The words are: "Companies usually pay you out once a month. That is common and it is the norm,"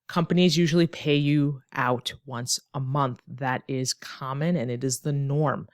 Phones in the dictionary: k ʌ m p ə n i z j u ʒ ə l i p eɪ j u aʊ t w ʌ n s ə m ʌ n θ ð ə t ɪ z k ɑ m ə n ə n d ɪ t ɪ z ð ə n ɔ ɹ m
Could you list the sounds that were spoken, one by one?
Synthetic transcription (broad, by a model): k ʌ m p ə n i z j u ʒ l i p eɪ j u aʊ t w ʌ n s ə m ʌ n θ ð ə t ɪ z k ɑ m ə n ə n ɪ t ɪ z ð ə n ɔ ɹ m